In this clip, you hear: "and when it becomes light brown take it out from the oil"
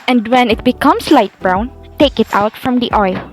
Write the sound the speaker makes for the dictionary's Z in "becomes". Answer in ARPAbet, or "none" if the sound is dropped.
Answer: S